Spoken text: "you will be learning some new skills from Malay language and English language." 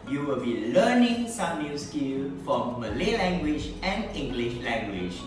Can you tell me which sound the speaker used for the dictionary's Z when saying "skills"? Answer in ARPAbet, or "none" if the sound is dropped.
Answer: none